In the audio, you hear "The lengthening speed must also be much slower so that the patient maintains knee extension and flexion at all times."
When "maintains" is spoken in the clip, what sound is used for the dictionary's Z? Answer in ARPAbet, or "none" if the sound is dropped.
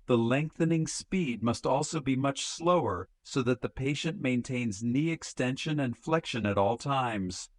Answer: Z